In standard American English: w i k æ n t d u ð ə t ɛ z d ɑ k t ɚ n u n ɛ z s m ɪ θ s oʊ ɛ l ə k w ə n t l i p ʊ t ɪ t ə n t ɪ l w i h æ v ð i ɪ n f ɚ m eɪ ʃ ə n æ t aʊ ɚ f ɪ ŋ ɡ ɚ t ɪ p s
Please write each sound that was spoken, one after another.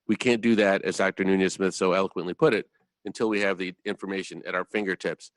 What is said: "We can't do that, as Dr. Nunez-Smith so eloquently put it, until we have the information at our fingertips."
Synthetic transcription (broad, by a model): w i k æ n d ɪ ð ə t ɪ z d ɑ k t ɚ n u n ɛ s m ɪ θ s oʊ ɛ l ə k w ə n t l i p ʊ t ɪ t ə n t ɪ l w i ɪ v ð i ɪ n f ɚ m eɪ ʃ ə n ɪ t aʊ ɚ f ɪ ŋ ɡ ɚ t ɪ p s